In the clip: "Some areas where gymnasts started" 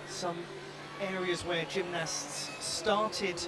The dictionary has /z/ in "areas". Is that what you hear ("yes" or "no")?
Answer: yes